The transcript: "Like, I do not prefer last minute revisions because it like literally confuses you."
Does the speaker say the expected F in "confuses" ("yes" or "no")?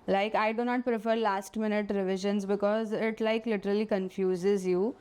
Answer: yes